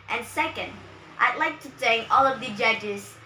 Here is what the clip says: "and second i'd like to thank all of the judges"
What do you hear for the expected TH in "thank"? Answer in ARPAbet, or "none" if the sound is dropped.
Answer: S